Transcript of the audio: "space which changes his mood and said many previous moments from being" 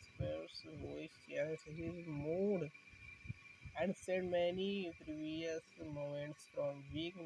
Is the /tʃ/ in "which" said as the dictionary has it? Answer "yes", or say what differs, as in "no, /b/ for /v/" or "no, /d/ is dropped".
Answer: no, /s/ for /tʃ/